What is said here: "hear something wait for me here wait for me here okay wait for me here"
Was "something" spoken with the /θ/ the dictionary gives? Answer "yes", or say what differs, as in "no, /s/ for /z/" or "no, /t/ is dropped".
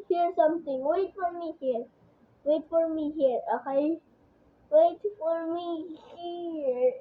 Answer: no, /t/ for /θ/